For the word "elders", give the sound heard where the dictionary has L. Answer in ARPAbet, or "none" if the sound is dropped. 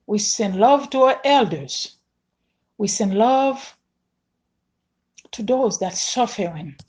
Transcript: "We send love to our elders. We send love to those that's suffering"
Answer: L